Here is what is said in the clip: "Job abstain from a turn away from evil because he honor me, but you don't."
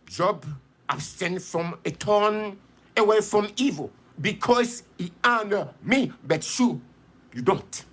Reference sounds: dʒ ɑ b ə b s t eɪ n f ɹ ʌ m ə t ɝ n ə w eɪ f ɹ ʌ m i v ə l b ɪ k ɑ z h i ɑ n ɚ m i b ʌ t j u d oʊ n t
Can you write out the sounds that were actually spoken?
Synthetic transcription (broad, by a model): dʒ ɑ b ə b s t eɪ n f ɹ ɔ m ə t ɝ n ə w eɪ f ɹ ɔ m i v ə l b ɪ k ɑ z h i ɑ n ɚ m i b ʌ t j u d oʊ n t